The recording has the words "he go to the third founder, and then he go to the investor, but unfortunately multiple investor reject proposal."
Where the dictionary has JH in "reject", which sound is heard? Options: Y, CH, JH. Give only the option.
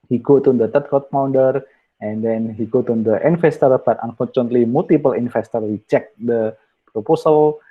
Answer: CH